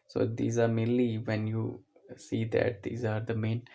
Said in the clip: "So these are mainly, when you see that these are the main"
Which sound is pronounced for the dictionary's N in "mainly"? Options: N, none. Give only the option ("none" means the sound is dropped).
none